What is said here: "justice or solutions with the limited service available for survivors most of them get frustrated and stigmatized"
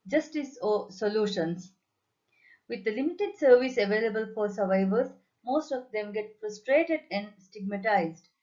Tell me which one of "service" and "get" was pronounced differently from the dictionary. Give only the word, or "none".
none